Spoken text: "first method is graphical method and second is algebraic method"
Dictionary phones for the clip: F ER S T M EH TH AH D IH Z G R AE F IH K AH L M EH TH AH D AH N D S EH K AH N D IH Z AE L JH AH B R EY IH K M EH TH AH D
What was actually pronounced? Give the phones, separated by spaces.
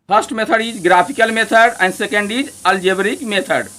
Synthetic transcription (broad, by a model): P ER S T M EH T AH D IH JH G R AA P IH K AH L M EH T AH D AH N D S EH K AH N D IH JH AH L JH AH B R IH K M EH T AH D